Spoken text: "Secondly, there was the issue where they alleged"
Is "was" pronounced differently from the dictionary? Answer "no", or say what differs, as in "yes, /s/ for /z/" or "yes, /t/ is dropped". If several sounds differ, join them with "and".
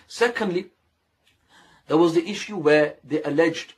no